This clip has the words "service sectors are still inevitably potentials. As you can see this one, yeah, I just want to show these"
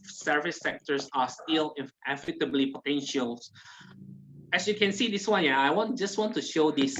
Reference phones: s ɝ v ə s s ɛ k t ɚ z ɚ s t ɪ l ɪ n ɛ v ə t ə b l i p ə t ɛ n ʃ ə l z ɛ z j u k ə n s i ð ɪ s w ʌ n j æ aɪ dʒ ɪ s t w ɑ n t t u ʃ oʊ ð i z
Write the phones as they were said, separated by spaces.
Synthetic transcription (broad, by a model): s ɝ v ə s s ɛ k t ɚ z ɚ s t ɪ l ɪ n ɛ f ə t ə b l i p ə t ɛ n ʃ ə l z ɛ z j u k ə n s i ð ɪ s w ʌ n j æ aɪ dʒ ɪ s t w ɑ n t t u ʃ oʊ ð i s